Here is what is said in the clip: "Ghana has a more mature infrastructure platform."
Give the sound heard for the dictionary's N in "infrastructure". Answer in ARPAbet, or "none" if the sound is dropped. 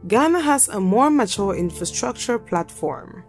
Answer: N